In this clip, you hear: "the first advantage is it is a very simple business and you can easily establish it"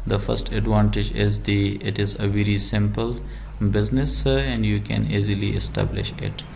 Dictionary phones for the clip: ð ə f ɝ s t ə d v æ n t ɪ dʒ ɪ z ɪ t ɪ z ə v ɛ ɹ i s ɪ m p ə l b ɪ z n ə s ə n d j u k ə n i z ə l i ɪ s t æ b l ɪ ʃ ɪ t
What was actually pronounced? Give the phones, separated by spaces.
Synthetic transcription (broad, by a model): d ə f ɝ s t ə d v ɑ n t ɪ dʒ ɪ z ɪ t ɪ z ə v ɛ ɹ i s ɪ m p ə l b ɪ z n ə s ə n d j u k ə n i z ə l i ɪ s t æ b l ɪ ʃ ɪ t